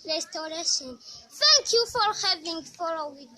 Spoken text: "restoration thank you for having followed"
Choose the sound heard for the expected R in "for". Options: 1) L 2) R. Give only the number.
2